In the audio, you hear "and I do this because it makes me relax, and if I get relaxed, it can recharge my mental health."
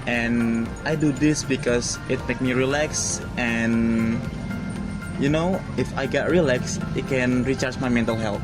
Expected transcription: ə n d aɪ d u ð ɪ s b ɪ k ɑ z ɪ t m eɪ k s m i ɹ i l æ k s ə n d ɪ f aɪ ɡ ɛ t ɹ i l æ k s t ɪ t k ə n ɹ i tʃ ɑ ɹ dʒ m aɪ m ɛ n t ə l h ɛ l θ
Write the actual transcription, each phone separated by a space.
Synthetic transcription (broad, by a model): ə n aɪ d u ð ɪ s b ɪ k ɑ s ɪ t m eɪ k m i ɹ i l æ k s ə n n ɪ f aɪ ɡ ɛ t ɹ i l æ k s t ɪ t k ə n ɹ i tʃ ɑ ɹ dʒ m aɪ m ɛ n t ə l h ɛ l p